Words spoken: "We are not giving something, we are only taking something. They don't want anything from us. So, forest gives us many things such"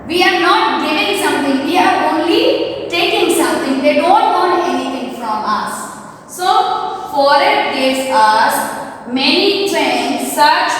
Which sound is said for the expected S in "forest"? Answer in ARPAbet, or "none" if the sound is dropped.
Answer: none